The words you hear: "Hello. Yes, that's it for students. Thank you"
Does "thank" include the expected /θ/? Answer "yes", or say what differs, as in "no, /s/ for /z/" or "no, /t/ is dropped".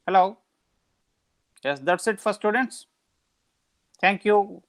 no, /t/ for /θ/